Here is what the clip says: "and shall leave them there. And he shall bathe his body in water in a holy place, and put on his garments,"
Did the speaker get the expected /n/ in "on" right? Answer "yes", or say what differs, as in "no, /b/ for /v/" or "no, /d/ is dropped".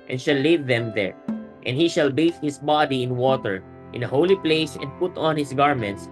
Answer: yes